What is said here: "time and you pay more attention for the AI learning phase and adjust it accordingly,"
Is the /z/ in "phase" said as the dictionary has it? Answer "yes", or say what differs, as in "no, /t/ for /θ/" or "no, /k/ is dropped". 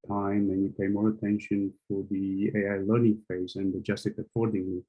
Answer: yes